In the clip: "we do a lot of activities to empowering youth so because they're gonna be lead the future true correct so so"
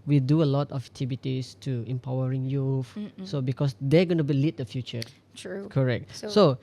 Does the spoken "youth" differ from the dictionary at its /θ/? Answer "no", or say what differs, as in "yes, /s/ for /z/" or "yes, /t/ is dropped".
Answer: yes, /f/ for /θ/